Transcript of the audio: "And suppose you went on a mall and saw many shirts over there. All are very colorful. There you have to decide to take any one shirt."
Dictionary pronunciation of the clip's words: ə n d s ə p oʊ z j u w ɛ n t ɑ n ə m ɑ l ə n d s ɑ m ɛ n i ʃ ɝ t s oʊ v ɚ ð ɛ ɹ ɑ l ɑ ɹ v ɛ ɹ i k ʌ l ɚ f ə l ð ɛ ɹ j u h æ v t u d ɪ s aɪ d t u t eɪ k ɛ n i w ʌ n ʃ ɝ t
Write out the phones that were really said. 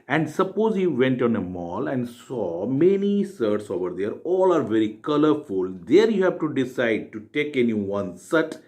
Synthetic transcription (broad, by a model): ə n d s ə p oʊ z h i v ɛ n t ɑ n ə m ɑ l ə n d s ɑ m ɛ n i s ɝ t s oʊ v ɚ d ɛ ɹ ɑ l ɑ ɹ v ɛ ɹ i k ʌ l ɚ f ə l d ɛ ɹ j u h æ v t u d ɪ s aɪ d t u t eɪ k ɛ n i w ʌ n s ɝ t